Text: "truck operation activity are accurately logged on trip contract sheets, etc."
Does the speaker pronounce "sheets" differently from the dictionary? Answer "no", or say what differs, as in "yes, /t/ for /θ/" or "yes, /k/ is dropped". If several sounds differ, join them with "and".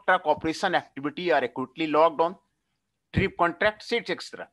yes, /s/ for /ʃ/